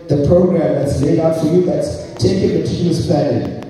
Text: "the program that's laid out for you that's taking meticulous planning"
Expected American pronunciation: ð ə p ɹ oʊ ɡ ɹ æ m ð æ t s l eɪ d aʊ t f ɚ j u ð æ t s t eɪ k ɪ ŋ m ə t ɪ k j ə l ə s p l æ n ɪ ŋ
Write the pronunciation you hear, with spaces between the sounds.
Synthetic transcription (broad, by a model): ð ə p ɹ oʊ ɡ ɹ æ m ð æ t s l eɪ d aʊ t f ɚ j u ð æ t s t eɪ k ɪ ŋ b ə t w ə n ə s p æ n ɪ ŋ